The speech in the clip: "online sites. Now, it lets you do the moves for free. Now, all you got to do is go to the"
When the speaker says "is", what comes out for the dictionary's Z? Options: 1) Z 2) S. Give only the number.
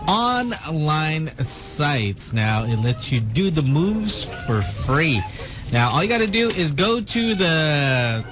1